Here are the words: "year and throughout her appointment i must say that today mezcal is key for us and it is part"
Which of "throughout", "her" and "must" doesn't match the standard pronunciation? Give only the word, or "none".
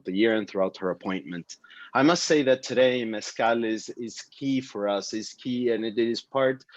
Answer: none